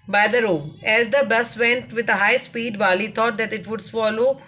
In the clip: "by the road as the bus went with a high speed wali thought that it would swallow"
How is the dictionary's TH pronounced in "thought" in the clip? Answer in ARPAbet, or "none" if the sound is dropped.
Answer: T